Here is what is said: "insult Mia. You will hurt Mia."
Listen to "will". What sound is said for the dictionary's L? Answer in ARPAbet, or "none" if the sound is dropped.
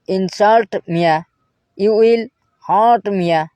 L